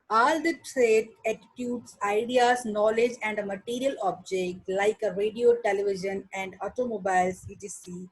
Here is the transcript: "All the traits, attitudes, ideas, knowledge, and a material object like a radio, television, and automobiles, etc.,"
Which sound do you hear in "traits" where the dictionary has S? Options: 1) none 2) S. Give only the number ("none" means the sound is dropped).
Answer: 1